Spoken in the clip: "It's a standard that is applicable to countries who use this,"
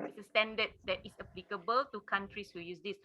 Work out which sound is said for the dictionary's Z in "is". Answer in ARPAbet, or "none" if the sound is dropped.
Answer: S